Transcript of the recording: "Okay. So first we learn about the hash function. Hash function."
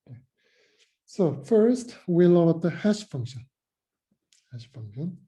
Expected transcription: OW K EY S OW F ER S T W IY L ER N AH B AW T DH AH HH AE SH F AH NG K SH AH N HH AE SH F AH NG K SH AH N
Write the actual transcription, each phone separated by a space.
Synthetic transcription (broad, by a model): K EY S OW F ER S T W IY L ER AH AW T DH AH HH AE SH F AH NG K SH AH N HH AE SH F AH NG K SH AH N